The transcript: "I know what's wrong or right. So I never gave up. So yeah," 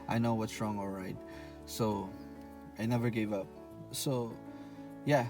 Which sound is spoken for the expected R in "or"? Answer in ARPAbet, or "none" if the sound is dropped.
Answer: L